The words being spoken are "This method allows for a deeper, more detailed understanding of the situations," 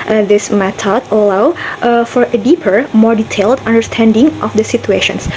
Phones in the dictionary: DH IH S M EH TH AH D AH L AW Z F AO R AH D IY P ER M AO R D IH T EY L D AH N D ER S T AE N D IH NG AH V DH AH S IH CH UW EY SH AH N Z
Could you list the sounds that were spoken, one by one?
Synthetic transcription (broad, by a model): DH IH S M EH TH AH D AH L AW F AO R AH D IY P ER M AO R D IH T EY L D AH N D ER S T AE N D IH NG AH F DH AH S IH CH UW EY SH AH N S